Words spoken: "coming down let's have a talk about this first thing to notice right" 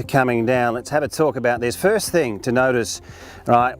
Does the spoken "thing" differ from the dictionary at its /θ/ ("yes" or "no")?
no